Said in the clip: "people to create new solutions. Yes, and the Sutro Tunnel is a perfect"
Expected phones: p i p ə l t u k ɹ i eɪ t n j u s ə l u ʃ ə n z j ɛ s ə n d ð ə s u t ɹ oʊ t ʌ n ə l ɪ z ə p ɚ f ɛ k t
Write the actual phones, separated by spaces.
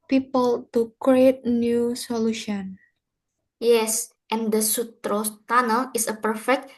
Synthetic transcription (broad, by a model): p i p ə l t u k ɹ i eɪ t n j u s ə l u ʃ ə n j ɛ s ə n d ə s u t ɹ oʊ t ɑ n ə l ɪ s ə p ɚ f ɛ k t